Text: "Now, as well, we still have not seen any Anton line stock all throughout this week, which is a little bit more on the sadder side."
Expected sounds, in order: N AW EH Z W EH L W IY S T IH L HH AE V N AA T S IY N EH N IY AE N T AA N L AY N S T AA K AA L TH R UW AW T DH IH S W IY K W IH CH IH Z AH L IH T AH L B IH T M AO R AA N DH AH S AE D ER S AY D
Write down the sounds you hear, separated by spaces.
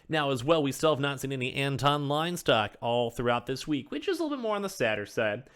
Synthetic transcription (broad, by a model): N AW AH Z W EH L W IY S T IH L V N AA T S IY N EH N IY AE N T AA N L AY N S T AA K AA L TH R UW AW T DH IH S W IY K W IH CH IH Z AH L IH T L B IH T M AO R N DH AH S AE D ER S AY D